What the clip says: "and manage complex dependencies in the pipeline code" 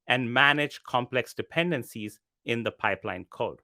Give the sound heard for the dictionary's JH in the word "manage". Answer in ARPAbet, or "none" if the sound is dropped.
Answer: JH